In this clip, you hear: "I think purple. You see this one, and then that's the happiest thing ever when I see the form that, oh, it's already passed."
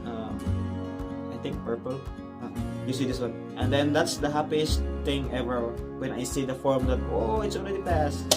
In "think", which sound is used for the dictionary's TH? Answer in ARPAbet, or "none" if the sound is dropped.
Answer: T